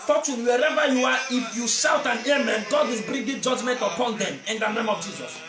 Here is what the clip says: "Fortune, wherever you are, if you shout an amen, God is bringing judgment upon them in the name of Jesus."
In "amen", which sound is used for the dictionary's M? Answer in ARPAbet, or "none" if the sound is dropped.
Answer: M